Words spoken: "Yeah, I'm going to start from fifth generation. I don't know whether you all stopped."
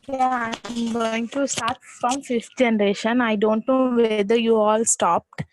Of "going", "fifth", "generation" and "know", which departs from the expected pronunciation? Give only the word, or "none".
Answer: fifth